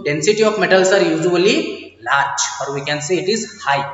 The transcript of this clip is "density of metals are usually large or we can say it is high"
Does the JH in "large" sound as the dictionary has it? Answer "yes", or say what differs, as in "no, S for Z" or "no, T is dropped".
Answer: no, CH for JH